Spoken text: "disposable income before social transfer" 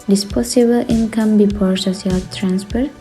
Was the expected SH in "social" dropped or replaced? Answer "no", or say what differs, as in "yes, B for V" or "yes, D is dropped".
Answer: yes, S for SH